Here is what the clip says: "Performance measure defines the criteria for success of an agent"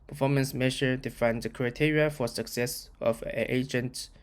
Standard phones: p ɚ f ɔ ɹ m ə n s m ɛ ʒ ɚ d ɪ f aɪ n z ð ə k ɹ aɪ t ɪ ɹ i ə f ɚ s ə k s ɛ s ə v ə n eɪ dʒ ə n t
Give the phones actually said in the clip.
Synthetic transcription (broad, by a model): p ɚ f ɔ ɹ m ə n s m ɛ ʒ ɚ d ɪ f aɪ n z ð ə k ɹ aɪ t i ɹ i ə f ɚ s ə k s ɛ s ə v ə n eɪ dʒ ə n t